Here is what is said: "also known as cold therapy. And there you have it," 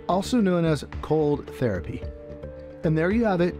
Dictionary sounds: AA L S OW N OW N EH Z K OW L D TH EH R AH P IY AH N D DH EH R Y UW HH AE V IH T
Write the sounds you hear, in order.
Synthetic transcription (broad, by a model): AA L S OW N OW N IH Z K OW L D TH EH R AH P IY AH N DH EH R Y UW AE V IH T